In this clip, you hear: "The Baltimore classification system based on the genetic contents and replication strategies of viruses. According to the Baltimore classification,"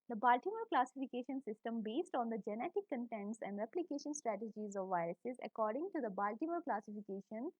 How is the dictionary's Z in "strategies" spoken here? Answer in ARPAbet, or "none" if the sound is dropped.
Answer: Z